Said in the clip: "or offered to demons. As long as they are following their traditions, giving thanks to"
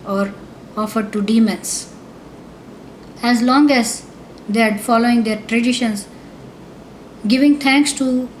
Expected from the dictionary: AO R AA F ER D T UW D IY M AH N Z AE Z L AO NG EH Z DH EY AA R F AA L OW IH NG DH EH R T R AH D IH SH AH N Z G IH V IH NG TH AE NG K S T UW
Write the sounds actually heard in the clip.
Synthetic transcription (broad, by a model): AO R AA F ER D T UW D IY M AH N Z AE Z L AO NG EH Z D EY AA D F AA L OW IH NG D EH R T R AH D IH SH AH N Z G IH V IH NG T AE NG K S T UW